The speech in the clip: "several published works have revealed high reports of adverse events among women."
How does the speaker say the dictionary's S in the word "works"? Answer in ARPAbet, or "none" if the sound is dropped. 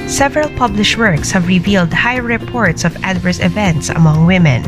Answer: S